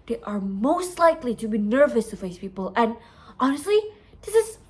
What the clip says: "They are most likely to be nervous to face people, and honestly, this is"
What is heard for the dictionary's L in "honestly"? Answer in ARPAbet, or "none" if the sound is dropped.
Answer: L